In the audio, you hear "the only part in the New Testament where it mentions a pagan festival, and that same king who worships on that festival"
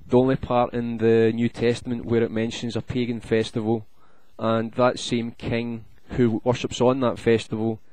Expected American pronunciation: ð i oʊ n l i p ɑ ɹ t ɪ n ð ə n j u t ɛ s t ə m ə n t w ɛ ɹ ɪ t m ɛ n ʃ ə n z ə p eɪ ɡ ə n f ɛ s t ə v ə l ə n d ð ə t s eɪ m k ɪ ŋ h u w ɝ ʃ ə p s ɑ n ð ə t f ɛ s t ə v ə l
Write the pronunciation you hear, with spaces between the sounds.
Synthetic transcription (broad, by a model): ð i oʊ n l i p ɑ ɹ t ɪ n ð ə n j u t ɛ s t ə m ə n t w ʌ ɹ ɪ t m ɛ n ʃ ə n z ə p eɪ ɡ ə n f ɛ s t ə v ə l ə n ð ə t s eɪ m k ɪ ŋ h u w ɝ ʃ ə p s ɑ n ð ə t f ɛ s t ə v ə l